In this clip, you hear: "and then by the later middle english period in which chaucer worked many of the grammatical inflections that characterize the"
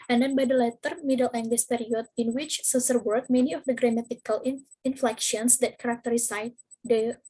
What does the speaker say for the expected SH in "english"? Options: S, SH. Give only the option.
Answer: S